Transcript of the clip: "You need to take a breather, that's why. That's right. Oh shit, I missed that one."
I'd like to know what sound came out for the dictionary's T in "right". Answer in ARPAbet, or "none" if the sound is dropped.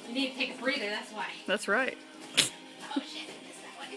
T